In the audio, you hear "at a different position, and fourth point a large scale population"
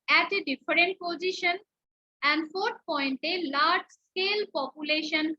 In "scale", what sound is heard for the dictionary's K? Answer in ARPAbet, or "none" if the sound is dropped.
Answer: K